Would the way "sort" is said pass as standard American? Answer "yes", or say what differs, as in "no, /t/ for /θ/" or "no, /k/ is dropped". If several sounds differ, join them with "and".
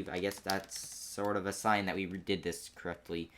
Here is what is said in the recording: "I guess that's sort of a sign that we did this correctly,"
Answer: yes